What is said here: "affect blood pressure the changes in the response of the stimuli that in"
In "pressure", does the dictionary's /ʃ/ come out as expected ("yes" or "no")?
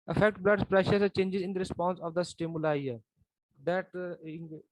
yes